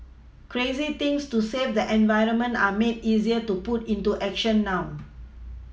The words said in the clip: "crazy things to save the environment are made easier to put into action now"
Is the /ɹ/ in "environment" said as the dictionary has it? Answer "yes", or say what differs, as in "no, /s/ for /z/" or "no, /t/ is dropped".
yes